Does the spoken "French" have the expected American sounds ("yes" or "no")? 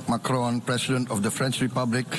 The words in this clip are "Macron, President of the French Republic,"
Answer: yes